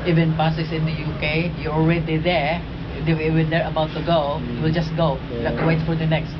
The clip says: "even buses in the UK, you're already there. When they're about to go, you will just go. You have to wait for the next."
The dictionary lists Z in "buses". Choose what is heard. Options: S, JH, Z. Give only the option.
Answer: S